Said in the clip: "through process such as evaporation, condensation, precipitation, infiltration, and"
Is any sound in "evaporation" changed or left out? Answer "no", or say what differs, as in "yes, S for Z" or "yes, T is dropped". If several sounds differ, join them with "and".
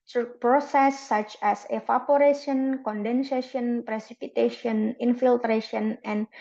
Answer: yes, F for V